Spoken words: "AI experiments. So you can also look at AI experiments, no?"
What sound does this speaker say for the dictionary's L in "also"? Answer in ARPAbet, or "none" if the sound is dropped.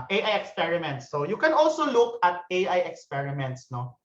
L